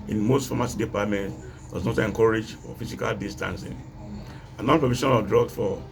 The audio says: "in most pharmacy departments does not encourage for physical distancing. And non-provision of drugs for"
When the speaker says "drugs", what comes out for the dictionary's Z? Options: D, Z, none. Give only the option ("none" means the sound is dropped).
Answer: none